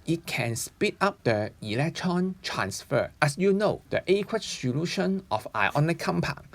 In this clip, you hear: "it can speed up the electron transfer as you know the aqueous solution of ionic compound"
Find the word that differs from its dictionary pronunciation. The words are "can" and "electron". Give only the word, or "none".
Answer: none